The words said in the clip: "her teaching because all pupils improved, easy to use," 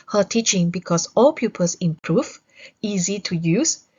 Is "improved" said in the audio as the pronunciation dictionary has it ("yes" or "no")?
no